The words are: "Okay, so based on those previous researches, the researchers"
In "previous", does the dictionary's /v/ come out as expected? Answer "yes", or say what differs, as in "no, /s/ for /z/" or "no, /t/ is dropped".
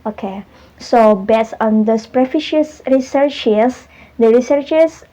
no, /f/ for /v/